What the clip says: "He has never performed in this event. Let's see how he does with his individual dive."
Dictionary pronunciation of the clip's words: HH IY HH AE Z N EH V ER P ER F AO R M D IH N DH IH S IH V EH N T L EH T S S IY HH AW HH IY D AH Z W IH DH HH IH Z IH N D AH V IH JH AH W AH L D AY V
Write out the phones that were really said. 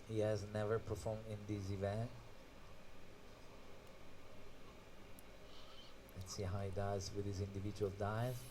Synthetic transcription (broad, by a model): HH IY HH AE Z N EH V ER P ER F AO R M D IH N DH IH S IH V EH N T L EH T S S IY HH AW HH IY D AH Z W IH DH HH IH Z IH N D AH V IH JH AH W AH L D AY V